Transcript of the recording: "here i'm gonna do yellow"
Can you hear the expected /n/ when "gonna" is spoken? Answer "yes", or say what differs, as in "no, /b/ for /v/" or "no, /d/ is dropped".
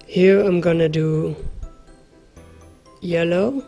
yes